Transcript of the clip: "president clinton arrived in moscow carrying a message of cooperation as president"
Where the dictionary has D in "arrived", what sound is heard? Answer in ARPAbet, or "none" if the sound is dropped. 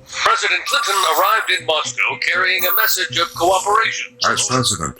D